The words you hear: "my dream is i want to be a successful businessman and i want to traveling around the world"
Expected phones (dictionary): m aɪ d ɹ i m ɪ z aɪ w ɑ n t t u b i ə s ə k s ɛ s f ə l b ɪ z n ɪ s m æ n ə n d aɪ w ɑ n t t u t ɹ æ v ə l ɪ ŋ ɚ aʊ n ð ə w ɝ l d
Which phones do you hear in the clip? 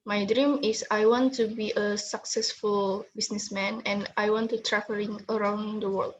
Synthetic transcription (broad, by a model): m aɪ d ɹ i m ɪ s aɪ w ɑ n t t u b i ə s ə k s ɛ s f ə l b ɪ s n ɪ s m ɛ n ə n aɪ w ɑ n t t u t ɹ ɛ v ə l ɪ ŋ ɚ aʊ n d ə w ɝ l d